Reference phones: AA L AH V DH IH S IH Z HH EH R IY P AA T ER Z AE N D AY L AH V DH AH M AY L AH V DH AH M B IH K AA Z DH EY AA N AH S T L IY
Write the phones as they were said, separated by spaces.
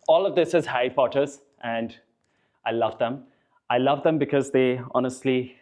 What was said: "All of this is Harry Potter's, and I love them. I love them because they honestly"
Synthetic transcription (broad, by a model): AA L AH V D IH S IH Z HH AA IY P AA T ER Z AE N D AY L AH V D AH M AY L AH V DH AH M B IH K AA Z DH EY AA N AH S T L IY